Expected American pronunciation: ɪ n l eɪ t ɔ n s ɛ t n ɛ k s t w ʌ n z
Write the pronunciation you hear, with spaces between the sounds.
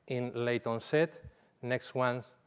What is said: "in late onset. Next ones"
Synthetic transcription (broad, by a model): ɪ n l eɪ t ɔ n s ɛ t n ɛ k s t w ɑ n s